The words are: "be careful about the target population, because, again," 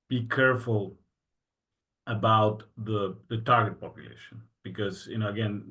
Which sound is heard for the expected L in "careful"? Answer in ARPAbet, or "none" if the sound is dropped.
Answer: L